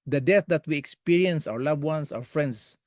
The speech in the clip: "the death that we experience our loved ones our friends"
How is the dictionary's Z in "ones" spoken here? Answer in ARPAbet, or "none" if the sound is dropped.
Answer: S